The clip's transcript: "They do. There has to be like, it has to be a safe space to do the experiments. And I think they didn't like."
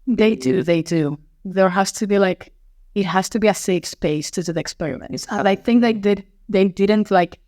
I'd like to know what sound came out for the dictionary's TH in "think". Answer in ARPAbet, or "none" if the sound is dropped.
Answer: TH